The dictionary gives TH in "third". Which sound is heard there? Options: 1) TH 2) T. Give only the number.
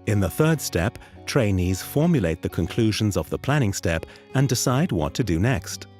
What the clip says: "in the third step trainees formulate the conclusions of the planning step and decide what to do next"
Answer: 1